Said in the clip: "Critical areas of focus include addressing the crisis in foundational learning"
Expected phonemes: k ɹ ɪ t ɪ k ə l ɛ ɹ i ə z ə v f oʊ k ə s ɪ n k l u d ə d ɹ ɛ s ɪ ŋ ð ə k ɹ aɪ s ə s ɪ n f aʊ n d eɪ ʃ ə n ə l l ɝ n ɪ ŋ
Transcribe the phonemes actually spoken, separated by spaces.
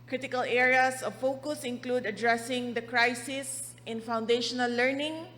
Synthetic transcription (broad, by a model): k ɹ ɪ t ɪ k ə l ɛ ɹ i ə s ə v f oʊ k ə s ɪ n k l u d ə d ɹ ɛ s ɪ ŋ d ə k ɹ aɪ s ə s ɪ n f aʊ n d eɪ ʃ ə n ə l l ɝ n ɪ ŋ